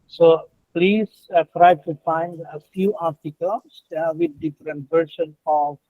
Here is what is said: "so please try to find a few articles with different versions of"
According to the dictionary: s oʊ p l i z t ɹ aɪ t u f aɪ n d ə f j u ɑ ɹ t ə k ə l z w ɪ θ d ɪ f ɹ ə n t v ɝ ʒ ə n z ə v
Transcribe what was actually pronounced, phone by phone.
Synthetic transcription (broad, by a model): s oʊ p l i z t ɹ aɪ t u f aɪ n d ə f j u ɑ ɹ t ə k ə l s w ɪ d d ɪ f ɹ ə n t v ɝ ʃ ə n ə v